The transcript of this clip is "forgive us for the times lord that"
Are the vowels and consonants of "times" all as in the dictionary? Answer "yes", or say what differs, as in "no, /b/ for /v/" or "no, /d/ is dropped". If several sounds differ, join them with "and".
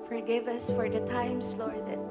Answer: no, /s/ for /z/